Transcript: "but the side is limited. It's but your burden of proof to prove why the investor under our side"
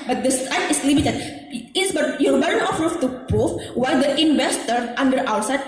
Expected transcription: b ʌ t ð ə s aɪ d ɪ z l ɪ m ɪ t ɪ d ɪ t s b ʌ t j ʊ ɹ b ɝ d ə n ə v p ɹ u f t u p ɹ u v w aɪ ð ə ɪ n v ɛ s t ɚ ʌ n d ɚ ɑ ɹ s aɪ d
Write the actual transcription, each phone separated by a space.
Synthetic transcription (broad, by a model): b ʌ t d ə s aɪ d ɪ s l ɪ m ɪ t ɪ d ɪ t s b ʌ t j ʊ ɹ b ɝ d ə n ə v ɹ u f t u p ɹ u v w aɪ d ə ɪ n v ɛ s t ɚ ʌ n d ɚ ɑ w s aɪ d